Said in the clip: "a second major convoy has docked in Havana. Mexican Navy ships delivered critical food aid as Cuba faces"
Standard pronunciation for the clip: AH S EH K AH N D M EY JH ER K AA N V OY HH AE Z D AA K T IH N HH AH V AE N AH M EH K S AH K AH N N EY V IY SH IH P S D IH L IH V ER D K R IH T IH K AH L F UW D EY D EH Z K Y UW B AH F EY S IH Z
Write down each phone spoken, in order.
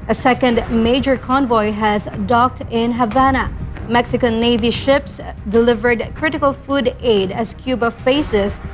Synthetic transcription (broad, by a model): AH S EH K AH N D M EY JH ER K AA N V OY HH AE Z D AA K T IH N HH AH V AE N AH M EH K S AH K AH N N EY V IY SH IH P S D IH L IH V ER D K R IH T IH K AH L F UW D EY D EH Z K Y UW B AH F EY S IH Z